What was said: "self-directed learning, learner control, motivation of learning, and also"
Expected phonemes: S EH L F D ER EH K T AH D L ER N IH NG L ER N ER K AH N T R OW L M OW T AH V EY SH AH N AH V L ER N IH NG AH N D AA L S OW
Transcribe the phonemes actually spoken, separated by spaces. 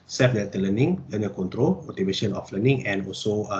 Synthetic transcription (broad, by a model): S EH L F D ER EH T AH L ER N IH NG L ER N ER K AH N T R OW L M OW T AH V EY SH AH N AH F L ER N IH NG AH N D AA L S OW